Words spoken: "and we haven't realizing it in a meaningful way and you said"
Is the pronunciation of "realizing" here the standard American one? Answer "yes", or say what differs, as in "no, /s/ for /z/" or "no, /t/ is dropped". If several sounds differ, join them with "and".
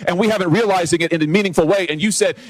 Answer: yes